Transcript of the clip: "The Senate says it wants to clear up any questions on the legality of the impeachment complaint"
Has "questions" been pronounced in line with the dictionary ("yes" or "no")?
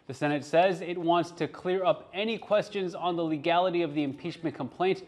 yes